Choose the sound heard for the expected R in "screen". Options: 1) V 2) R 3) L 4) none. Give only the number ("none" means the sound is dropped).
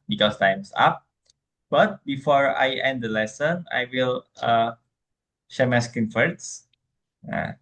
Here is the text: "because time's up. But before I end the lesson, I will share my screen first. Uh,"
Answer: 4